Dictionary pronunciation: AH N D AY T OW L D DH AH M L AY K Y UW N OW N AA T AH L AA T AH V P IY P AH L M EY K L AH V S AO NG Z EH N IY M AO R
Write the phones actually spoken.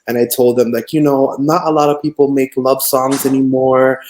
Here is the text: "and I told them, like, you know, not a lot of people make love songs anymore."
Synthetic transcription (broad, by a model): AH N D AY T OW L D DH AH M L AY K Y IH N OW N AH T AH L AA T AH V P IY P L M EY K L AH V S AO NG Z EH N IY M AO R